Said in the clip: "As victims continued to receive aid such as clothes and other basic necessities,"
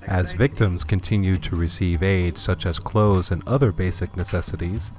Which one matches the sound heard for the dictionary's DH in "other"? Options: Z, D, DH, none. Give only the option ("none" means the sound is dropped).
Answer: DH